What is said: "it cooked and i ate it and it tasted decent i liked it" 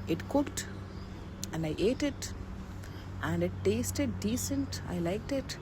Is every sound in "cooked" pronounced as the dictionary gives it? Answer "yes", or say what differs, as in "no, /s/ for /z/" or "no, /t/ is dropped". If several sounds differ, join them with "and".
yes